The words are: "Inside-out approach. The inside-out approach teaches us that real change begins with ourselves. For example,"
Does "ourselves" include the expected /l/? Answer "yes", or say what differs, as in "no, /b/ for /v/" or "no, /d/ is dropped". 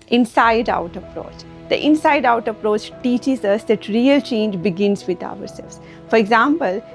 no, /l/ is dropped